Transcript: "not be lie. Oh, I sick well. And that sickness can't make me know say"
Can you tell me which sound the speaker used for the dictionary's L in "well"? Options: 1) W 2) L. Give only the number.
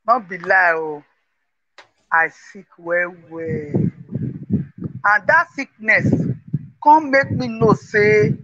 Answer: 1